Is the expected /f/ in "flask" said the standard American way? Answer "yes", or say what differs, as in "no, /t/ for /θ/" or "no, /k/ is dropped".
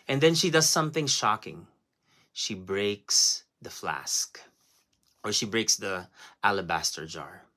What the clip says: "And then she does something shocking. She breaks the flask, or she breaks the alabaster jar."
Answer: yes